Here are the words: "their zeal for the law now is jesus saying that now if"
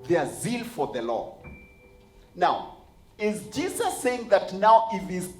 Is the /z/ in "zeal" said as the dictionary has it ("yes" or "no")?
yes